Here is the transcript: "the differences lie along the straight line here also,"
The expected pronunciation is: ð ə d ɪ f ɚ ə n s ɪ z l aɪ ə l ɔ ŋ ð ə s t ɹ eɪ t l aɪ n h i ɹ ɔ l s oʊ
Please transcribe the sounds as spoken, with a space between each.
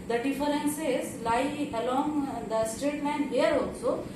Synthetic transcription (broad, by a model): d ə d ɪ f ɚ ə n s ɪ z l aɪ ə l ɔ ŋ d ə s t ɹ eɪ t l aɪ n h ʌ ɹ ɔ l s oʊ